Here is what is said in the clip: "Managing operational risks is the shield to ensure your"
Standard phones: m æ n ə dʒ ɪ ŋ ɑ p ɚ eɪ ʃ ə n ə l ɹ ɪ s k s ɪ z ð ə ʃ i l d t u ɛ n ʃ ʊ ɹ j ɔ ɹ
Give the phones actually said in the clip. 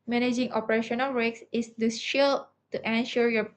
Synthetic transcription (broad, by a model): m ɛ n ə dʒ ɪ ŋ ɑ p ɚ eɪ ʃ ə n ə l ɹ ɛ k s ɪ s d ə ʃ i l t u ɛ n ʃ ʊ ɹ j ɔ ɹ